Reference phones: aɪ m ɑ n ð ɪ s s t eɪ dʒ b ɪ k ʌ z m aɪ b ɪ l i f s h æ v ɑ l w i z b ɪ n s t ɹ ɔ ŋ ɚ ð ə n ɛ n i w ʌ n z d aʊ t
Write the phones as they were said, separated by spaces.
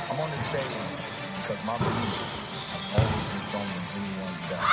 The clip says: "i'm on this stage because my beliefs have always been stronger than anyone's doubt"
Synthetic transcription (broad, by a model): aɪ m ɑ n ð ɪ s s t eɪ z b ɪ k ʌ z m aɪ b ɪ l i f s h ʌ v ɑ l w i z b ɪ n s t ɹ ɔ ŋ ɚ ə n ɛ n i w ʌ n z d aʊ